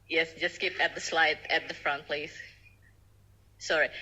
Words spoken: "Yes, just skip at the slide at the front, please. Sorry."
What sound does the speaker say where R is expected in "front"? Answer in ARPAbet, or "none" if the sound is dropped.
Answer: R